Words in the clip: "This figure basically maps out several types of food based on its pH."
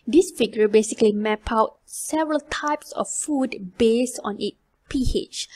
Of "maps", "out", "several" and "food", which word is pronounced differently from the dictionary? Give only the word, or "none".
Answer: maps